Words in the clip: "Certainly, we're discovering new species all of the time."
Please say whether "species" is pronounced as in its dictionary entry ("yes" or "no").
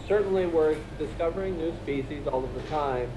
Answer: yes